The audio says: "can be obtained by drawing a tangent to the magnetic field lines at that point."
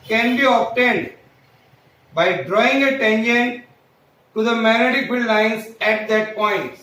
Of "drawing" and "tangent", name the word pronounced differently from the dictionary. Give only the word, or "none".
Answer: tangent